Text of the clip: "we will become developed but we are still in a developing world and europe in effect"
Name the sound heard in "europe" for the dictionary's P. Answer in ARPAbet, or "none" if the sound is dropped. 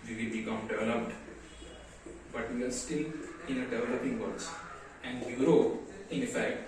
none